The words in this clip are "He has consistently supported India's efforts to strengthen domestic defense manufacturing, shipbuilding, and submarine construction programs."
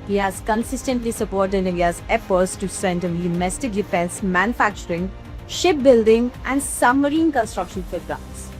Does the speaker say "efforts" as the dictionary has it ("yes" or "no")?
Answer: no